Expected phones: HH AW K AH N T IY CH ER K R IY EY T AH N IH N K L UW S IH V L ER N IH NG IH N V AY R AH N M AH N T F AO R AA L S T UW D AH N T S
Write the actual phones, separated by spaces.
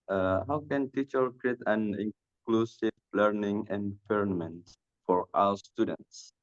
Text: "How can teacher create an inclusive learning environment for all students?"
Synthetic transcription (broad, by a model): HH AW K AH N T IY CH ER K R IY EY T AH N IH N K L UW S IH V L ER N IH NG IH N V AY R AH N M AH N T F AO R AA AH S T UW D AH N T S